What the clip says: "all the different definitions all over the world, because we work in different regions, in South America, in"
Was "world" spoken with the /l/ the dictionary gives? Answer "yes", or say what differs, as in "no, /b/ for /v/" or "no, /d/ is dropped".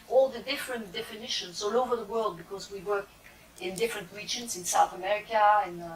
yes